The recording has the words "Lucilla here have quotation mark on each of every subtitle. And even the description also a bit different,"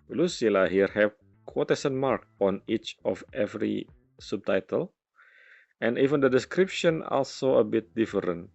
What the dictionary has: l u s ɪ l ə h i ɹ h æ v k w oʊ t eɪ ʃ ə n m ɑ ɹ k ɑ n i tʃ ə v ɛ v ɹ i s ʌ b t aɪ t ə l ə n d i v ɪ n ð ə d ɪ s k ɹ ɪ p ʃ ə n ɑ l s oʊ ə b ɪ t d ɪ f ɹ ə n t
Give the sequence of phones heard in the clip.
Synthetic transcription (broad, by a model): l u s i l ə h i ɹ h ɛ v k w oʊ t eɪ s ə n m ɑ ɹ k ɑ n i tʃ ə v ɛ v ɹ i s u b t aɪ t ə l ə n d i v ɪ n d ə d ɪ s k ɹ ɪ p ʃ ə n ɑ l s oʊ ə b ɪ t d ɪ f ɹ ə n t